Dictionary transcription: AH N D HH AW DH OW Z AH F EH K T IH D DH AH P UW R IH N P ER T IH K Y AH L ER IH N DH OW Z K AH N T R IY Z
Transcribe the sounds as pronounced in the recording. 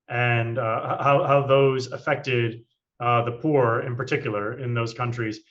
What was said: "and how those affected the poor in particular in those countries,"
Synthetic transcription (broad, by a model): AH N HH HH AW DH OW Z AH F EH K T IH D DH AH P UW R IH N P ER T IH K Y L ER IH N DH OW Z K AH N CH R IY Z